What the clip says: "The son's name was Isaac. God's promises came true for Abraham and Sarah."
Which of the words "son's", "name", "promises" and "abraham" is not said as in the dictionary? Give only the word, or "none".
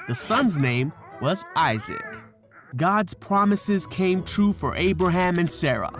none